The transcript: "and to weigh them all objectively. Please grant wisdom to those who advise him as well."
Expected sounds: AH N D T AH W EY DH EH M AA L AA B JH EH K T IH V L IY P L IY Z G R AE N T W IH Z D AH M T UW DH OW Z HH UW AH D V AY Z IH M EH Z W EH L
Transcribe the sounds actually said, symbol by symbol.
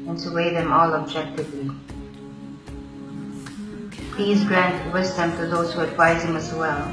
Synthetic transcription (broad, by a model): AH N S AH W EY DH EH M AA L AA B JH EH K T IH V L IY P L IY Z G R AE N T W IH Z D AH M T UW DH OW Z HH UW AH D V AY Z IH M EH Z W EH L